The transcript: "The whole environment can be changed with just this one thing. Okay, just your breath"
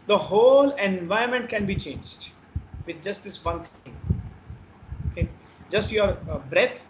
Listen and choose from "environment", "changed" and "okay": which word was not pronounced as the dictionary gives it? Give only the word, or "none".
environment